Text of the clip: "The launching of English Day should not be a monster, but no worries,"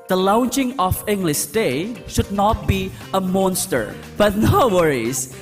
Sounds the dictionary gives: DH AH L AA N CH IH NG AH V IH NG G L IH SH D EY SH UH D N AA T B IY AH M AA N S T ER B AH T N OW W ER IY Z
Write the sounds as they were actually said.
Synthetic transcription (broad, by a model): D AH L AA N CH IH NG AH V IH NG G L IH SH D EY SH UH D N AA T B IY AH M AA N S T ER B AH T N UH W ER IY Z